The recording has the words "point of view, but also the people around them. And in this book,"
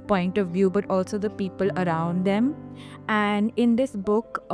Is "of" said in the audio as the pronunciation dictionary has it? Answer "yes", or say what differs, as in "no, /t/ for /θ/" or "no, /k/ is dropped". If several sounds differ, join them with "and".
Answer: yes